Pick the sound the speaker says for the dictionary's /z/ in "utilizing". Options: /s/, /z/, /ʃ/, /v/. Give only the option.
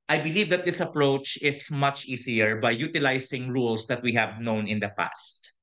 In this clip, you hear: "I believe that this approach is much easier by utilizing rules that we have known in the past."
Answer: /s/